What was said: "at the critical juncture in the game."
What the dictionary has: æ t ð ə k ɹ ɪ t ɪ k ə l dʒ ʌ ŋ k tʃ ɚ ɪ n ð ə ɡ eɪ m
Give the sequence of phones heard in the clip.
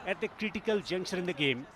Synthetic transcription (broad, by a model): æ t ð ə k ɹ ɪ t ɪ k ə l dʒ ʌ ŋ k ʃ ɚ ɪ n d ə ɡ eɪ m